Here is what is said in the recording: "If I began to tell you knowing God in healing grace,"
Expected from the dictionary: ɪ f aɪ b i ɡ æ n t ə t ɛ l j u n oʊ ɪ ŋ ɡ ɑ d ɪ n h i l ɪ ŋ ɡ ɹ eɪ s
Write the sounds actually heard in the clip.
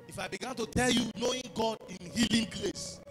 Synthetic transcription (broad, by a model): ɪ f aɪ b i ɡ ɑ n t ə t ɛ l j u n oʊ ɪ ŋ ɡ ɑ d ɪ n h i l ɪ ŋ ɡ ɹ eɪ s